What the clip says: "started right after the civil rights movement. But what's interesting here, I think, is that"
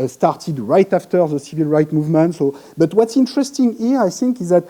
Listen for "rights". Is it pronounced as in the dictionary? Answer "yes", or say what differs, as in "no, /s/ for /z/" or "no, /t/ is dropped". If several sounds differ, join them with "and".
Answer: no, /s/ is dropped